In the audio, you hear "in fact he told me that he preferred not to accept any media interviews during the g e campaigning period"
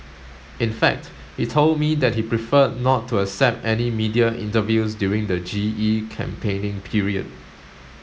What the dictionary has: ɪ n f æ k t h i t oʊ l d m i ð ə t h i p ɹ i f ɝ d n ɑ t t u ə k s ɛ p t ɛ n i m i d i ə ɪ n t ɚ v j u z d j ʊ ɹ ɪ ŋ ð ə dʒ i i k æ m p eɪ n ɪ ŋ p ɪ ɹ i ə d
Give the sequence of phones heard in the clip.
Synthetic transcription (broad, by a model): ɪ n f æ k t h i t oʊ l d m i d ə t h i p ɹ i f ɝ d n ɑ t t u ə s ɛ p t ɛ n i m i d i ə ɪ n t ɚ v j u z d j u ɹ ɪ ŋ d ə dʒ i i k æ m p eɪ n ɪ ŋ p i ɹ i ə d